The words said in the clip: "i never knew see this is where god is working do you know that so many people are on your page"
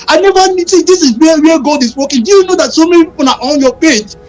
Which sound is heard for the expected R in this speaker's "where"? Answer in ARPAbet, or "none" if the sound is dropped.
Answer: W